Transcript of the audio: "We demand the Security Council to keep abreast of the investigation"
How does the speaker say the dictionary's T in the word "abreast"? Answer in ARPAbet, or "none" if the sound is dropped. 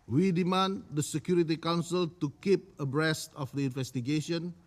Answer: T